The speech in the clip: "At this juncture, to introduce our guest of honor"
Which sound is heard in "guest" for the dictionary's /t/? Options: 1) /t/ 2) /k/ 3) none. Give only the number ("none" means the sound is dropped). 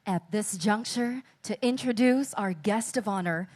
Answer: 1